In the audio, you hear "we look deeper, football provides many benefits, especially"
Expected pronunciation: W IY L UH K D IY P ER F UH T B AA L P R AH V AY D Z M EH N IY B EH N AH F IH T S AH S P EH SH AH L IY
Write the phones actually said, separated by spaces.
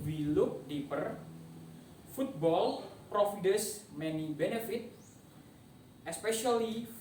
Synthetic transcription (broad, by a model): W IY L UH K D IY P ER F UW T B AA L P R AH F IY D S M EH N IY B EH N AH F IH T AH S P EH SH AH L IY